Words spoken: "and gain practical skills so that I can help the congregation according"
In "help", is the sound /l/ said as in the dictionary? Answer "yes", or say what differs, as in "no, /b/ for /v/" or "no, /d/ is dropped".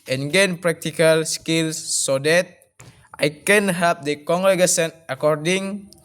no, /l/ is dropped